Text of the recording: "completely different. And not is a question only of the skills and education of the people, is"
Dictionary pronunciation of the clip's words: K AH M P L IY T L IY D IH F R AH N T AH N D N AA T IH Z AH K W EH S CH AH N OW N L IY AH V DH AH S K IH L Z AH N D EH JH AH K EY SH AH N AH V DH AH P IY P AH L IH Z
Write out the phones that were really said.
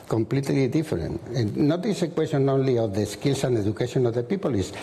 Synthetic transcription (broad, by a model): K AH M P L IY T L IY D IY F AH T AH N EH N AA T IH S AH K W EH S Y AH N OW N L IY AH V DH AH S K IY L S AH N D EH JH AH K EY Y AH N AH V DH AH P IY P AH L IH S